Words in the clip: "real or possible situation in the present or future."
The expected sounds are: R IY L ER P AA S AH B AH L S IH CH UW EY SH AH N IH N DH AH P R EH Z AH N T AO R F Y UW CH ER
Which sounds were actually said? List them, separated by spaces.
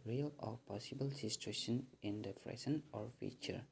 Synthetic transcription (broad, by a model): R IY L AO P AA S AH B AH L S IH S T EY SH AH N IH N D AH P R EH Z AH N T AO R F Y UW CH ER